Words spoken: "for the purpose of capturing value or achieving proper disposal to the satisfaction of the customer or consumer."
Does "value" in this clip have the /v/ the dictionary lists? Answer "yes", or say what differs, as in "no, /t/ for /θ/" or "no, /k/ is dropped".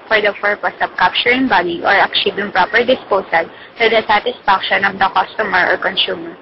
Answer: no, /b/ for /v/